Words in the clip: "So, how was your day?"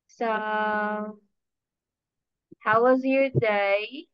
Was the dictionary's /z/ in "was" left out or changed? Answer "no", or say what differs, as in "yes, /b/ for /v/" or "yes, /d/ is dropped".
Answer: no